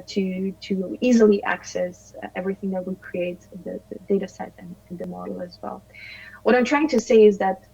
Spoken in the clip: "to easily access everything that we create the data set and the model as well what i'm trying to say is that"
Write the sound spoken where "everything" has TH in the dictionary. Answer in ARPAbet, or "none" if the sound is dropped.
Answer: TH